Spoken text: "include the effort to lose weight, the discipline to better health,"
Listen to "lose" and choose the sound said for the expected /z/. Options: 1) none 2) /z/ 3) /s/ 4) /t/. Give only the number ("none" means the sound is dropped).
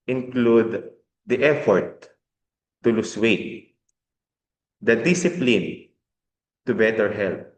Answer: 3